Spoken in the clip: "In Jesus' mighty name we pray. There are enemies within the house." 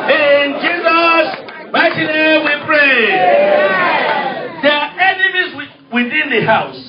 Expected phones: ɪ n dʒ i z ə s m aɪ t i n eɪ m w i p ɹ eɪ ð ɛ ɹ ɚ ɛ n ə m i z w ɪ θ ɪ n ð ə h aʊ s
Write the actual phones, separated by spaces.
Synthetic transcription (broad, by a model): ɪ n dʒ i z ə s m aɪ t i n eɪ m w i p ɹ eɪ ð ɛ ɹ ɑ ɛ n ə m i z w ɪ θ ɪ n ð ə h aʊ s